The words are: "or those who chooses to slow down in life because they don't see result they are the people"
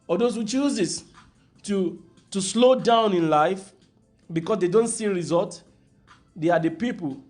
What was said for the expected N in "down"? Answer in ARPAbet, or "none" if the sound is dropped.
N